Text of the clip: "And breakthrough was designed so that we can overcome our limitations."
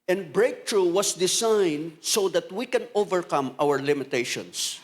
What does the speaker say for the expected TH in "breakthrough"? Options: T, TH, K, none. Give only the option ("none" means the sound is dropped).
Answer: T